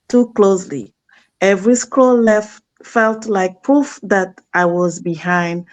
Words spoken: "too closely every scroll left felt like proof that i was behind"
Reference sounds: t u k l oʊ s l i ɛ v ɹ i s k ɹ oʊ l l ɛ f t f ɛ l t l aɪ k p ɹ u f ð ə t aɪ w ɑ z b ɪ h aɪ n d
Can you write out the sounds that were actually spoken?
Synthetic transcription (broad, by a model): t u k l oʊ s l i ɛ v ɹ i s k oʊ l l ɛ f t f ɛ l t l aɪ k p ɹ u f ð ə t aɪ w ɑ z b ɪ h aɪ n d